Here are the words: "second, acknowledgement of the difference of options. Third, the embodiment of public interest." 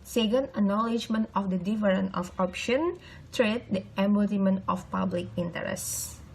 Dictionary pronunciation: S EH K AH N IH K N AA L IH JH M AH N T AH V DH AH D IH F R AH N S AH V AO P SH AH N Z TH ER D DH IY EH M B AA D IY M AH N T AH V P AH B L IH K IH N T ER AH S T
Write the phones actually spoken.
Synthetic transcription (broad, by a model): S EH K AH N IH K N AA L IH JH M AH N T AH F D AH D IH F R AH N AH F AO P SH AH N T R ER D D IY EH M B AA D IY M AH N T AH F P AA B L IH K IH N T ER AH S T